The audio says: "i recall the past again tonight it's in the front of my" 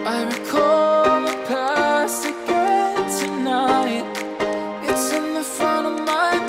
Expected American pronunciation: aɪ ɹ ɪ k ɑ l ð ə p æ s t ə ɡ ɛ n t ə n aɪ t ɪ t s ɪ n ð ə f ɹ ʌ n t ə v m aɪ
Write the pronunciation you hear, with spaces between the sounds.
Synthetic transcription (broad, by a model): aɪ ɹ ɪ k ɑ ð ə p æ s ə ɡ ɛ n t ə n aɪ t ɪ t s ɪ n ð ə f ɹ ʌ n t ə v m aɪ